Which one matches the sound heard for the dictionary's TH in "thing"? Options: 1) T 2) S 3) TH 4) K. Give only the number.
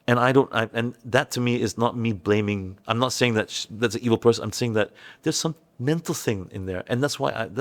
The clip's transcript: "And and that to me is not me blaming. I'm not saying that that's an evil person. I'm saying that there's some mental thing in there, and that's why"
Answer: 3